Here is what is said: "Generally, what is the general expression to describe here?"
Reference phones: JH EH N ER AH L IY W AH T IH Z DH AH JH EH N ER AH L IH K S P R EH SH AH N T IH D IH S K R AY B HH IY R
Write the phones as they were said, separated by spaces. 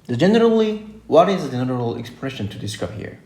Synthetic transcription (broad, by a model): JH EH N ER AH L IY W AH T IH Z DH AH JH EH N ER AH L IH K S P R EH SH AH N T IH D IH S K AY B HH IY R